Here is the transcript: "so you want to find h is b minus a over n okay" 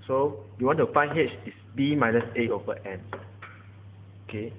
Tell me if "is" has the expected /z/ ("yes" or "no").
no